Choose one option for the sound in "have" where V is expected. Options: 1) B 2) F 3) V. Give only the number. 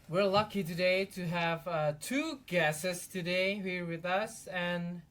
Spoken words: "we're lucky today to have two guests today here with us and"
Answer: 3